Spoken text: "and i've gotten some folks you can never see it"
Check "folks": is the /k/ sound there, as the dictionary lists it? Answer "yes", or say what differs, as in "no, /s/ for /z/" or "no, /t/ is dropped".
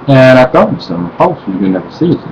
no, /k/ is dropped